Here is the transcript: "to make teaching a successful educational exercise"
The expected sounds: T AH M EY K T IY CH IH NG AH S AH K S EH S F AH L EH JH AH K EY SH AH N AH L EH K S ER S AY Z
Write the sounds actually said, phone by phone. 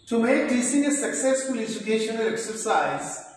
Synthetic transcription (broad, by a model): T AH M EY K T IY S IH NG AH S AH K S EH S F AH L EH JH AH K EY SH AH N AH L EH K S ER S AY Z